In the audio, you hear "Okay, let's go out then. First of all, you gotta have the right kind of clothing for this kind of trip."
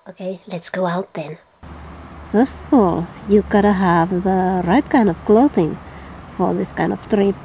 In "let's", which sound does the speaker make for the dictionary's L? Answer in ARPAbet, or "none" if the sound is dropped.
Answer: L